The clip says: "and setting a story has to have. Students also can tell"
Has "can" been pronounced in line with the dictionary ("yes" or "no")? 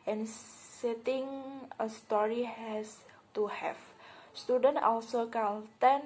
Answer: no